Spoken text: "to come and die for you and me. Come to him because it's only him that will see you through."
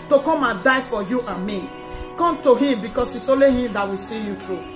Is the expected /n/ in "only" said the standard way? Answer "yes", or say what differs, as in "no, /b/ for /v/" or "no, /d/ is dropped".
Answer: no, /n/ is dropped